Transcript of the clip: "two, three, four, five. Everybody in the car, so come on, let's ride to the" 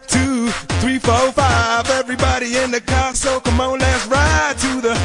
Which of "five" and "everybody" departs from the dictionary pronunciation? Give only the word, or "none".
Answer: none